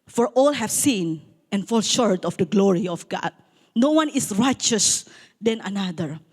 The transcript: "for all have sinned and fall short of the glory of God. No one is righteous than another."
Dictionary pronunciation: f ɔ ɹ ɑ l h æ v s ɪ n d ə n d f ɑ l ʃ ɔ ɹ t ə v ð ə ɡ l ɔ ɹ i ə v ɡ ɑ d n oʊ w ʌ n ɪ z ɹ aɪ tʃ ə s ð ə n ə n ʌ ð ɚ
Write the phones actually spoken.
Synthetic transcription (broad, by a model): f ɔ ɹ ɑ l h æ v s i n ə n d f ɑ l ʃ ɔ ɹ t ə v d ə ɡ l ɔ ɹ i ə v ɡ ɑ d n oʊ w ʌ n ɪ s ɹ aɪ tʃ ə s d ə n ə n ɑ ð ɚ